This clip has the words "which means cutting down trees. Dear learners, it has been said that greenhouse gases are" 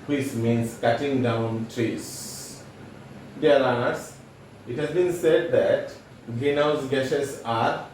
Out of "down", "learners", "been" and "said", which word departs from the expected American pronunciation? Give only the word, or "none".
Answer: learners